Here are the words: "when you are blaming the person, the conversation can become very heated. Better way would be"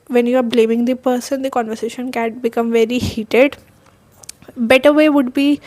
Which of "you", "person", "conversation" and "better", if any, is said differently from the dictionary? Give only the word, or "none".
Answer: none